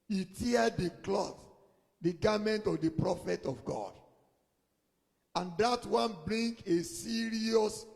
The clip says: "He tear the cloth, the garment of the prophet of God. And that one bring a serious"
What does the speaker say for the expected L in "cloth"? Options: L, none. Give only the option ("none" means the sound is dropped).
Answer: L